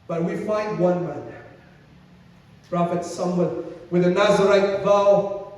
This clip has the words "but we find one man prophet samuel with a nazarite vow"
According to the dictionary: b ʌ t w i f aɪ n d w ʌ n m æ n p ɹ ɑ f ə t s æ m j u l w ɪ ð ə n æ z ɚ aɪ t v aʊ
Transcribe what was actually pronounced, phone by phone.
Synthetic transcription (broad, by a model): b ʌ t w i f aɪ n d w ʌ n m æ n p ɹ ɑ f ə t s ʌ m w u n w ɪ ð ə n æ z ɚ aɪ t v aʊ